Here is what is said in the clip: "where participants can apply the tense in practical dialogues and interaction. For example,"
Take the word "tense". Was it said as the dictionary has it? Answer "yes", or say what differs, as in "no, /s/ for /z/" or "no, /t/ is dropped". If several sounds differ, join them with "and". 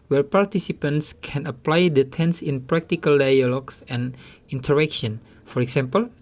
yes